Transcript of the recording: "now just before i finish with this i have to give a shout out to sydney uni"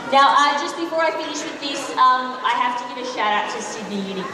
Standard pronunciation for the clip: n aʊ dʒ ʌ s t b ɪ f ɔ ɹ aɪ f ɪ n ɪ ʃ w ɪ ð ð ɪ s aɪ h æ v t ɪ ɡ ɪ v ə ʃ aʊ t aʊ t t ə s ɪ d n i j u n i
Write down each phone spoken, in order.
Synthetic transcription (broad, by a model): n aʊ dʒ ʌ s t b ɪ f ɔ ɹ aɪ f ɪ n ɪ ʃ w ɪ ð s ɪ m aɪ h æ f t ɪ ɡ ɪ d ə ʃ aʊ t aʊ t t ə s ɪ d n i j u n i